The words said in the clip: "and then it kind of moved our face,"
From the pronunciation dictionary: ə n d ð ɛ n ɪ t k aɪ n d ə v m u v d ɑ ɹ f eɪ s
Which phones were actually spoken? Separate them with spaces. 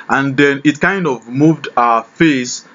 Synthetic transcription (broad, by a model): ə n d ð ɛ n ɪ t k aɪ n d ə v m u v d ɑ f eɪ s